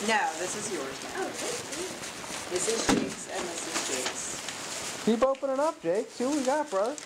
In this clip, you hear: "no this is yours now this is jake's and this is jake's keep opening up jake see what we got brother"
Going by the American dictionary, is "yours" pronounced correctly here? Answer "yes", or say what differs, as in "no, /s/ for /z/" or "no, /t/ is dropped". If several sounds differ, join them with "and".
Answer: yes